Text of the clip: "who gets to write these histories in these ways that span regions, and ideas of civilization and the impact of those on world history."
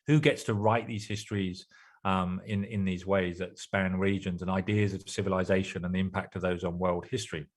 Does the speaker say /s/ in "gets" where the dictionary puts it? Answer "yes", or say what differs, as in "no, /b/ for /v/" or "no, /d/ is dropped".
yes